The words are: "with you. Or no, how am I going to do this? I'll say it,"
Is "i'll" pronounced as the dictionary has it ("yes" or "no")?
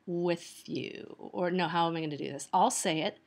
yes